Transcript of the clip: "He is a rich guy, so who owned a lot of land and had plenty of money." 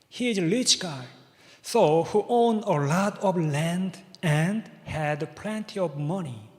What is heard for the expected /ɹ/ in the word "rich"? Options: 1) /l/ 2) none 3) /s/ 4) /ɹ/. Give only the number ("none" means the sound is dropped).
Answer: 1